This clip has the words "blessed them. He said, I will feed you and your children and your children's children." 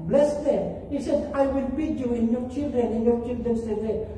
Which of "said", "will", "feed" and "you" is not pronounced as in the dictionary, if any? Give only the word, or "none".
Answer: feed